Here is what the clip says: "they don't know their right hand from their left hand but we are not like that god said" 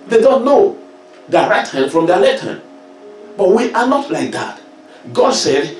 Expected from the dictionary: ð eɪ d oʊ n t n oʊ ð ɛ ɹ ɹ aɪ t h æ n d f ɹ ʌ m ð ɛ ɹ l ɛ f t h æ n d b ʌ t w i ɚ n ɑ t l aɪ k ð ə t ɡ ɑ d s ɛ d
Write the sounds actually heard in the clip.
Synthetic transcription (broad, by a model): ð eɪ d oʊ n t n oʊ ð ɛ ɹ ɹ aɪ t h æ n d f ɹ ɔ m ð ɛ l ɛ t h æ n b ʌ t w i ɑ n ɑ t l aɪ k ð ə t ɡ ɑ d s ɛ d